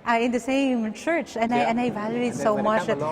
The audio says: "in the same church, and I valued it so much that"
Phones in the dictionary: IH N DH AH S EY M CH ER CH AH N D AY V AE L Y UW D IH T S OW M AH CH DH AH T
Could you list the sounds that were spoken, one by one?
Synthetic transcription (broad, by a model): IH N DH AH S EY M CH ER CH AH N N AY V AE L Y UW D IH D S OW M AH CH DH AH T